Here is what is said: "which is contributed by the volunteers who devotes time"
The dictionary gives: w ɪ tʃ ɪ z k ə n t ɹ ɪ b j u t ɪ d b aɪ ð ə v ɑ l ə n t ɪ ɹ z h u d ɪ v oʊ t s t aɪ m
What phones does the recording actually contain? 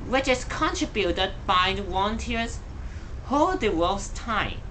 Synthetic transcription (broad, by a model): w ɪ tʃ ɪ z k ə n t ɹ ɪ b j u t ɪ d b aɪ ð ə w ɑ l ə n t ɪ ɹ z h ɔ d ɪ w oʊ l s t aɪ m